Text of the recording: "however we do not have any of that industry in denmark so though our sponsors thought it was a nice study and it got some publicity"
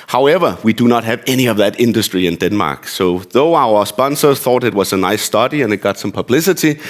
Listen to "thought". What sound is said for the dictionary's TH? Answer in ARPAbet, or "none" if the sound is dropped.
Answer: TH